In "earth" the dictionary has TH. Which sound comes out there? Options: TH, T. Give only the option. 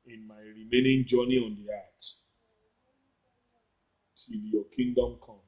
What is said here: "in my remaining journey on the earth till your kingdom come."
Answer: T